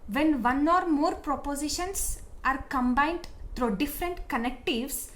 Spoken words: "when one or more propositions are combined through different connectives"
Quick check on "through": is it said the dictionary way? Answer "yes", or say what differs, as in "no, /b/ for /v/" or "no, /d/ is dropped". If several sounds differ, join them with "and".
no, /t/ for /θ/